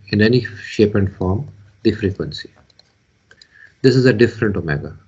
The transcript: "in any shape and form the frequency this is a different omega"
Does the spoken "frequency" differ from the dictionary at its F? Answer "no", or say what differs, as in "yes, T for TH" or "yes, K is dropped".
no